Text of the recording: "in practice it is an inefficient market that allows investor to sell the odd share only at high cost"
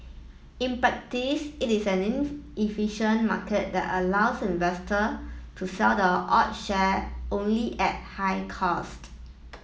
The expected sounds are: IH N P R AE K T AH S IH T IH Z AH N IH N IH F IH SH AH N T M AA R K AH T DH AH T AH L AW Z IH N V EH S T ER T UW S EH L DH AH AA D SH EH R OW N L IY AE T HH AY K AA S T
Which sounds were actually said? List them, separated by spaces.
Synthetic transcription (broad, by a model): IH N P R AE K T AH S IH T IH S AH N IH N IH F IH SH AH N M AA K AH T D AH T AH L AW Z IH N V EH S T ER T UW S EH L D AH AA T SH EH OW N L IY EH T HH AY K AA S T